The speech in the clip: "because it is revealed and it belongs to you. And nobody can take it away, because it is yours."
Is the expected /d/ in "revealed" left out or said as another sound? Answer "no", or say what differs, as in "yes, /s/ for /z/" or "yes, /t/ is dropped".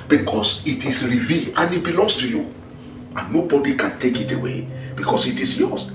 yes, /d/ is dropped